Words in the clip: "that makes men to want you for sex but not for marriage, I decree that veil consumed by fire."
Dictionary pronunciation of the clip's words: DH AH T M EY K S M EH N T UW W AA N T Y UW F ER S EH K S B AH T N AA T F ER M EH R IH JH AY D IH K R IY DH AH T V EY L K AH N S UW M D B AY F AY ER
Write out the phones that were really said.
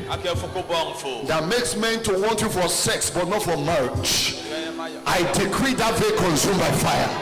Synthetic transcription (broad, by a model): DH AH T M EY K S M EH N T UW W AA N T Y UW F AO S EH K S B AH T N AA T F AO M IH CH AY D IH K R IY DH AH T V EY K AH N S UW M B AY F AY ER